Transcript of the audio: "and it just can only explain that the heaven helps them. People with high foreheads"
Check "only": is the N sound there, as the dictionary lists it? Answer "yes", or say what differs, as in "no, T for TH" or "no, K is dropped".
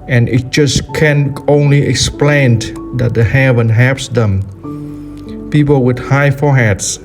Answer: yes